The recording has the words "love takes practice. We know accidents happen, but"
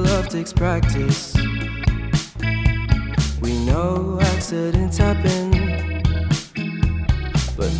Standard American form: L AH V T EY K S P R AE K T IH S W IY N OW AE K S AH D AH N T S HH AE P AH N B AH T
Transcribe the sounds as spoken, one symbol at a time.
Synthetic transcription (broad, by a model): L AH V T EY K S P R AE K T IH S W IY N OW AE S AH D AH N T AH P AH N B AH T